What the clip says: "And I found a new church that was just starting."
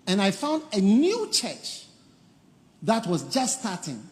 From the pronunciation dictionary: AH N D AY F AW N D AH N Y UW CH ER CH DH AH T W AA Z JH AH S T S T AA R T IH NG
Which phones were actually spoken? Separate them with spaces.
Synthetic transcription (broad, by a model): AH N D AY F AW N D AH N Y UW CH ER CH DH AH T W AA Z JH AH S S T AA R T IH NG